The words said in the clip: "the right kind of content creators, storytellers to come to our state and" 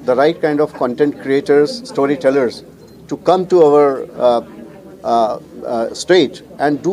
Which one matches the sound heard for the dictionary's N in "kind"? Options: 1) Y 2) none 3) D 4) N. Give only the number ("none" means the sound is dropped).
4